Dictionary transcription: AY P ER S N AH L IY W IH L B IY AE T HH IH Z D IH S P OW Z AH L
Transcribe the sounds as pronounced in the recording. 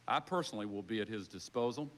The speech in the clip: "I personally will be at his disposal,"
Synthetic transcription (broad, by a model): AY P ER S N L IY W IH L B IY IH T HH IH Z D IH S P OW Z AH L